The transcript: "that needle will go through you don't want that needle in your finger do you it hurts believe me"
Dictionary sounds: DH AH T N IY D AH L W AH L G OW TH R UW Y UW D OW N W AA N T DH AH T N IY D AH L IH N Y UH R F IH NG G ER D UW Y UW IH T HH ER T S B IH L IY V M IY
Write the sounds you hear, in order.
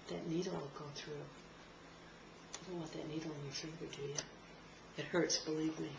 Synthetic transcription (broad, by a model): DH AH T N IY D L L G OW TH R UW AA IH D OW N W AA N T DH AH T N IY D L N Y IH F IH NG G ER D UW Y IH IH T HH ER T S B IH L IY V M IY